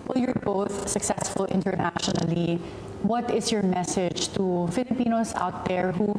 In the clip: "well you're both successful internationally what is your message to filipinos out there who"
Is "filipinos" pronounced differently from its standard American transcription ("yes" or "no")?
yes